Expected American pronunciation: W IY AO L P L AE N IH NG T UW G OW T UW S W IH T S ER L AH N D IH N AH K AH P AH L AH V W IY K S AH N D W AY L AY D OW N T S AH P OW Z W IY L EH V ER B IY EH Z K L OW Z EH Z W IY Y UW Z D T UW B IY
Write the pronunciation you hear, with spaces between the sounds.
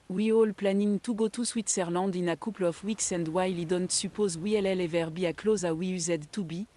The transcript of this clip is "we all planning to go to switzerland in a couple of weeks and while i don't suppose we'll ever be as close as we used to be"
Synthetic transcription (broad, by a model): W IY AO L P L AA N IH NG T UW G OW T UW S W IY T S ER L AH D IH N AH K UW P L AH F W IY K S AH N D W AY L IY D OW N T S AH P OW Z W IY L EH V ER B IY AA K L OW Z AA W IY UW Z D T UW B IY